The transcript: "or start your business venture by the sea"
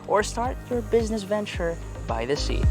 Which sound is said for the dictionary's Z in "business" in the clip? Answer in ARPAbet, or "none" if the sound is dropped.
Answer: Z